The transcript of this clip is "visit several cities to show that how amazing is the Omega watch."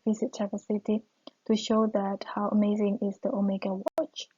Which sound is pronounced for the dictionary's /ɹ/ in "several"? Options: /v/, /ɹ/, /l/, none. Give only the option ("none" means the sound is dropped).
none